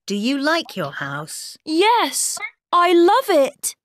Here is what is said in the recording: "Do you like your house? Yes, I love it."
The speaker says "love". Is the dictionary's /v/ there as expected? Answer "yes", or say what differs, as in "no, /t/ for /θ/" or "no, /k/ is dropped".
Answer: yes